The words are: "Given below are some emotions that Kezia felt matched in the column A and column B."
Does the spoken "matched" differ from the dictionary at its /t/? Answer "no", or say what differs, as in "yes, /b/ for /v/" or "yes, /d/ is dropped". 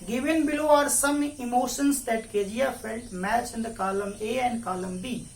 yes, /t/ is dropped